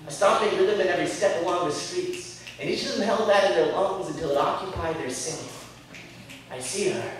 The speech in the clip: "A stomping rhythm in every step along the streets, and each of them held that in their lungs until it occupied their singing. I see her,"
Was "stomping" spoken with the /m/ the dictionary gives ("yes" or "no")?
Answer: no